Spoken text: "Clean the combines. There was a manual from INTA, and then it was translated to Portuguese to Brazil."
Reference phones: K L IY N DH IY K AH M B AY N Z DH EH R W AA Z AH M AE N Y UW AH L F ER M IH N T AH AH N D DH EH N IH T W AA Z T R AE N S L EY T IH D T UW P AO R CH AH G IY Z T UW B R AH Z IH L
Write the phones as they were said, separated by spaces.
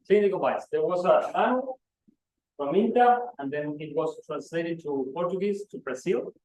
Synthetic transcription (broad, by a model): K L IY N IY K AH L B AY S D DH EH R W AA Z AH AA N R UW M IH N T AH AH N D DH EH N IH T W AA S T R AE N S L EY T IH D T UW P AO R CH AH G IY S T UW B R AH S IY L